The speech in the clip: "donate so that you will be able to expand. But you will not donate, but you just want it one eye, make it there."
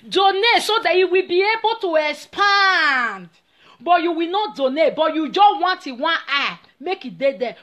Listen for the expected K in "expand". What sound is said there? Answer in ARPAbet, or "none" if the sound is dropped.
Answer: none